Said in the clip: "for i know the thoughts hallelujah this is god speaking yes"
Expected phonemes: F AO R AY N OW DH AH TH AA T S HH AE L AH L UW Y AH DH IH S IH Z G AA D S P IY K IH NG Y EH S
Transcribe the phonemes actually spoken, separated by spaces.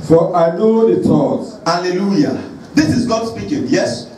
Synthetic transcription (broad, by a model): F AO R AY N OW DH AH T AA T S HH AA L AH L UW Y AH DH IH S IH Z G AA D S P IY K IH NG Y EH S